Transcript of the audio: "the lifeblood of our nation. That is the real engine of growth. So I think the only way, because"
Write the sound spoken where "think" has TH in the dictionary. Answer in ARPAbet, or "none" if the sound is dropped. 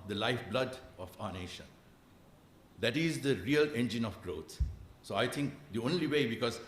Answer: T